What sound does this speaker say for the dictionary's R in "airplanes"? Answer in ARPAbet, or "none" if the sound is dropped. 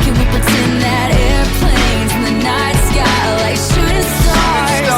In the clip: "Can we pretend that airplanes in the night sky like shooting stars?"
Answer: R